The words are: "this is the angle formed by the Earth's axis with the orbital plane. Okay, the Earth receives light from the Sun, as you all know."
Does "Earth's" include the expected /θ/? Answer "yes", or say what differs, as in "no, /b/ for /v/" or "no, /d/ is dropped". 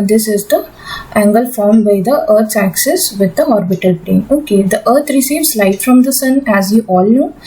no, /t/ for /θ/